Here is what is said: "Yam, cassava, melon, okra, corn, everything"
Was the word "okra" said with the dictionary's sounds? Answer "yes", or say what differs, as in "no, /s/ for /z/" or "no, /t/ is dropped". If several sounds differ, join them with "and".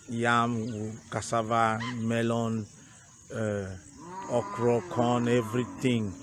yes